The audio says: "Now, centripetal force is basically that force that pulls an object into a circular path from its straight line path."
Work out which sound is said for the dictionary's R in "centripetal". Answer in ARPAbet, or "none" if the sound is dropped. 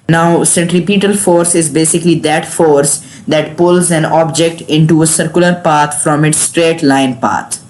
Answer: R